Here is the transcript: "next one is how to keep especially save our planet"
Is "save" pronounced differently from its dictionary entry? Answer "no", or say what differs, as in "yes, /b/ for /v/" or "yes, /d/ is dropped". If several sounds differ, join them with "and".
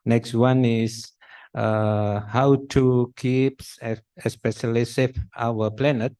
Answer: yes, /f/ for /v/